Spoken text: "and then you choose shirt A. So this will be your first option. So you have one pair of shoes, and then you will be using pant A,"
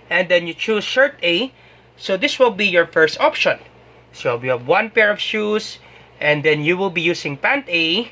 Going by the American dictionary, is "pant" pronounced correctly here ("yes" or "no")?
yes